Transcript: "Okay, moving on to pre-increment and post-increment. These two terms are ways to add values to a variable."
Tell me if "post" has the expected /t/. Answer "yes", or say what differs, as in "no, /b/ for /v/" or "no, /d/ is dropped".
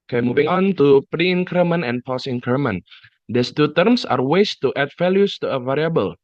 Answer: no, /t/ is dropped